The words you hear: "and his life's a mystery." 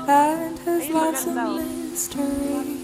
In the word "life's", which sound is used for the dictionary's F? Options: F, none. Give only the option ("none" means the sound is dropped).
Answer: none